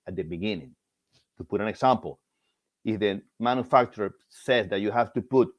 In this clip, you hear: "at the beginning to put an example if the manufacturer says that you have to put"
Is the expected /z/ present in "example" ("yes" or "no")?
no